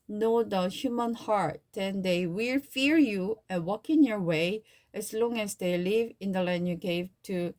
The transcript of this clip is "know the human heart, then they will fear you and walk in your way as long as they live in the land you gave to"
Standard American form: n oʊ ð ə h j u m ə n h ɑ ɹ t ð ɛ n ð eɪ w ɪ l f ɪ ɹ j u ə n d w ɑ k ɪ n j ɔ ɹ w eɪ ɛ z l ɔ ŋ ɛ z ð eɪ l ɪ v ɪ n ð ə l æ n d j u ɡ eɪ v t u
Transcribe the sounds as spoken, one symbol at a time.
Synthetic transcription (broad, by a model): n oʊ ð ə h j u m ə n h ɑ ɹ t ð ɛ n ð eɪ w ɪ l f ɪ ɹ j u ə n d w ɑ k ɪ n j ɔ ɹ w eɪ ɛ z l ɔ ŋ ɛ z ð eɪ l ɪ v ɪ n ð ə l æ n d j u ɡ eɪ v t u